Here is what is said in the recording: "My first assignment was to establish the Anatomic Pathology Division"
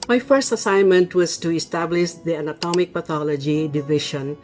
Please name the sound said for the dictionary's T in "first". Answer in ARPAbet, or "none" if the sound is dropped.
T